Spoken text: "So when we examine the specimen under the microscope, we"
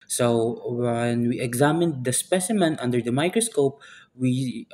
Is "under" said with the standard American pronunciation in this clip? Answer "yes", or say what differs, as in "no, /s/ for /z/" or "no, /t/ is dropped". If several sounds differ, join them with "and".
yes